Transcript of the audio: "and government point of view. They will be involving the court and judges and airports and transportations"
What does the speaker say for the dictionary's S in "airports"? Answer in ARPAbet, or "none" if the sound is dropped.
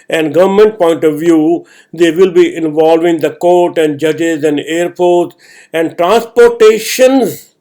none